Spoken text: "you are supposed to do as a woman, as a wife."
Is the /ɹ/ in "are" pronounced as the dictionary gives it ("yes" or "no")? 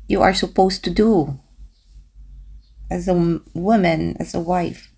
yes